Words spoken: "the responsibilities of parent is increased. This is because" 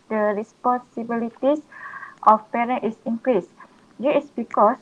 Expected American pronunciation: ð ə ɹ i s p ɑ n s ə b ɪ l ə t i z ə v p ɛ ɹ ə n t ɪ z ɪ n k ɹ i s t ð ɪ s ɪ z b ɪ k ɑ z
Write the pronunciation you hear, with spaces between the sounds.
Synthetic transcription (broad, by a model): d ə ɹ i s p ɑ n s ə b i l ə t i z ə f p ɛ ɹ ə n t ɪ s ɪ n k ɹ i s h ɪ ɪ s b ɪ k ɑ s